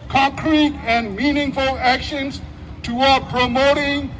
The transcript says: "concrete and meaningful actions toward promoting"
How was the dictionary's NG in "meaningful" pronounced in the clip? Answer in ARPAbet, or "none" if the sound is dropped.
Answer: NG